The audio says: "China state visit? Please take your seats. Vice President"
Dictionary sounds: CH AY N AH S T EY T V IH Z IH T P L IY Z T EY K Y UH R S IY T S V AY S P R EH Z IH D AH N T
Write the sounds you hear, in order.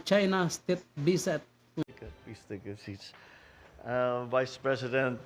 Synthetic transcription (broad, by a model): CH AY N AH S T EY T B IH S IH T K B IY S T EY K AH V S IY T S V AY S P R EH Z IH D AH N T